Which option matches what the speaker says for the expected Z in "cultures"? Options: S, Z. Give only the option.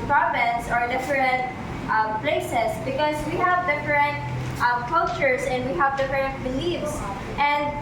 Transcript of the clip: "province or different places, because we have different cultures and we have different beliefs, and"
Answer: S